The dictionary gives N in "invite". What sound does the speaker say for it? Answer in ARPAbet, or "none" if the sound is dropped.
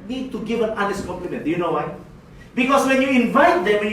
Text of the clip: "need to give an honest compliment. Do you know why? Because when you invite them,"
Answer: N